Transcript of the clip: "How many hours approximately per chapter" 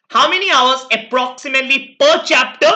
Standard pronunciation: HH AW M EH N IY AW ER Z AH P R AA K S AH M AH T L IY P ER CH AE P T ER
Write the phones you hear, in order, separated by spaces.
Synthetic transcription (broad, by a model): HH AW M EH N IY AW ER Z AH P R AA K S AH M AH T L IY P ER CH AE P T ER